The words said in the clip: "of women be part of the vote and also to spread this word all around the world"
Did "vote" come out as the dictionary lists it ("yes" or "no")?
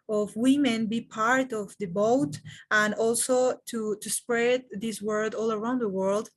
no